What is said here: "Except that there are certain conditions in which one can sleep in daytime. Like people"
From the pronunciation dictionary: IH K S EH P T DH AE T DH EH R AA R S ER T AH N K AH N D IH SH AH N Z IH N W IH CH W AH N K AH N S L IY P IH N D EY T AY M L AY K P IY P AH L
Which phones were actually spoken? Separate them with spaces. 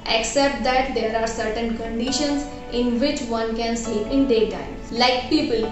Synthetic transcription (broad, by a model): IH K S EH P T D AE T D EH R AA R S ER T AH N K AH N D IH SH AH N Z IH N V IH CH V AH N K AH N S IY IH N D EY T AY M L AY K P IY P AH L